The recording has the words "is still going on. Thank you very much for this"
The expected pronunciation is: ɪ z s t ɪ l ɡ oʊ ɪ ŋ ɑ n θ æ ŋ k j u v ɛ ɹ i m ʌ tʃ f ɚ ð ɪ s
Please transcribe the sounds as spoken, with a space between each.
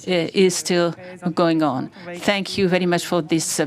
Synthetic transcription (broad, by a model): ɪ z s t ɪ l ɡ oʊ ɪ ŋ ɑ n θ æ ŋ k j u v ɛ ɹ i m ʌ tʃ f ɚ ð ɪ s